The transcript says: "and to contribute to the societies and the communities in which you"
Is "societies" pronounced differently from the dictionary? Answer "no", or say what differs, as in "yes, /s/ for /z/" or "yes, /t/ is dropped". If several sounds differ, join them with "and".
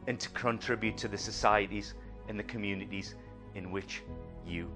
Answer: no